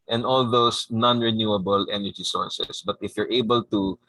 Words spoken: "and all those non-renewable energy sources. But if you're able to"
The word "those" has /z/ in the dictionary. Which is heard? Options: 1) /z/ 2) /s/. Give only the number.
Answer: 2